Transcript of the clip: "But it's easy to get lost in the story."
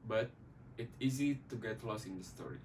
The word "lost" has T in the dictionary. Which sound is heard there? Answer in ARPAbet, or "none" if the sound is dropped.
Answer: none